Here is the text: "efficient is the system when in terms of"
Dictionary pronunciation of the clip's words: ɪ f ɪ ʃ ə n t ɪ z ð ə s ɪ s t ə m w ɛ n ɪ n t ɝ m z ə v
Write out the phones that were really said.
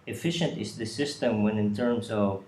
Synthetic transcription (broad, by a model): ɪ f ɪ ʃ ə n t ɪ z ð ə s ɪ s t ə m w ɛ n ɪ n t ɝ m s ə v